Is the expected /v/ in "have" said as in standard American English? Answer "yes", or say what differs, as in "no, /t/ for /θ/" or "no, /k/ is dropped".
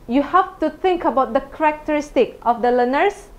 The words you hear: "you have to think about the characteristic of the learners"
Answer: no, /f/ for /v/